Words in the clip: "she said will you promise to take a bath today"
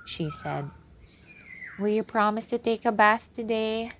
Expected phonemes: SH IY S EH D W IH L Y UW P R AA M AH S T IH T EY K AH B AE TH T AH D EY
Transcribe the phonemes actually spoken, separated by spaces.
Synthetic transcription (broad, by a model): SH IY S EH D W IH L Y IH P R AA M AH S T IH T EY K AH B AE TH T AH D EY